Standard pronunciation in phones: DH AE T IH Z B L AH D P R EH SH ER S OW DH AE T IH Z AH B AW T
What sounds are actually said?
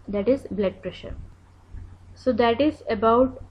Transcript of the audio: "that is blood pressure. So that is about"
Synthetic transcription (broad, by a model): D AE T IH Z B L AH D P R EH SH ER S OW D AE T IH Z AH B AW T